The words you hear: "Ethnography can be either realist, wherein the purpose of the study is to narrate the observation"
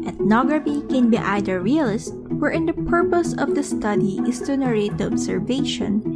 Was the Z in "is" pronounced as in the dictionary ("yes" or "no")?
no